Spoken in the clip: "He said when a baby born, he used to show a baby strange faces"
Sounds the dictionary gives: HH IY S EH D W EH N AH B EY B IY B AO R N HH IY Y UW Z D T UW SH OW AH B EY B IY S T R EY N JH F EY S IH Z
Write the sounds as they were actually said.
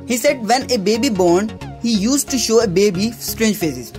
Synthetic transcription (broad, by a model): HH IY S EH D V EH N AH B EY B IY B AO R N HH IY Y UW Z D T UW SH OW AH B EY B IY S T R EY N JH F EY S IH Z